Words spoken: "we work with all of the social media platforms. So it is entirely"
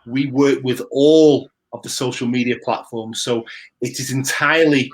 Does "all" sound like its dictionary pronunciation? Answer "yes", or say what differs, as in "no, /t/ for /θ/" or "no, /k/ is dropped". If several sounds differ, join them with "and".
yes